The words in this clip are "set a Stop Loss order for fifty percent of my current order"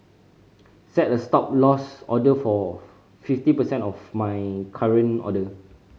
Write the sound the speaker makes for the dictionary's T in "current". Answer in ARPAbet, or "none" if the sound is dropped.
none